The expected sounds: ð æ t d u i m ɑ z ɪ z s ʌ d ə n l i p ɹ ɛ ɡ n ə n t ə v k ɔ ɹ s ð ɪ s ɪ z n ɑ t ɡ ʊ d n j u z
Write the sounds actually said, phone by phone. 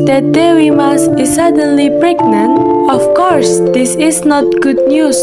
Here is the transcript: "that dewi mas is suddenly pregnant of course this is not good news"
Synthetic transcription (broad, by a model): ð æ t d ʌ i m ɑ s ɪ s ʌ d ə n l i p ɹ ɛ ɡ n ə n ə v k ɔ ɹ s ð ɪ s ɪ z n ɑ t ɡ ʊ d n j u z